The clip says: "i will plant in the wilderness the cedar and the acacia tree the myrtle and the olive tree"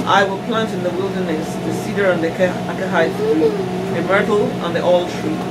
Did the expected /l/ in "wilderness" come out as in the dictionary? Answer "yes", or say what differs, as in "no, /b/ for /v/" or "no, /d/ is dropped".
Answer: yes